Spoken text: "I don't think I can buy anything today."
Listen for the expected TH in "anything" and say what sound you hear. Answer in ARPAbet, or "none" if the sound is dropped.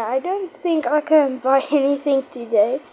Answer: TH